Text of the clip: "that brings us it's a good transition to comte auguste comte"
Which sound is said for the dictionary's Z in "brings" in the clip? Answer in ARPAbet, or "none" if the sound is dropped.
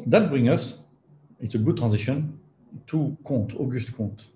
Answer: none